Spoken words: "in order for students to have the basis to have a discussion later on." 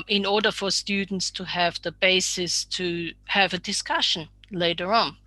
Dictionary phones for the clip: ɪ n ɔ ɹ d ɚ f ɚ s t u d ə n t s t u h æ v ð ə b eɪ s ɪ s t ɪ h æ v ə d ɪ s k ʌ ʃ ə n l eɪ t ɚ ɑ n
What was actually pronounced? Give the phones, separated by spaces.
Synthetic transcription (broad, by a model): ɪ n ɔ ɹ d ɚ f ɚ s t u d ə n t s t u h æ v ð ə b eɪ s ɪ s t ɪ h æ v ə d ɪ s k ʌ ʃ ə n l eɪ t ɚ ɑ n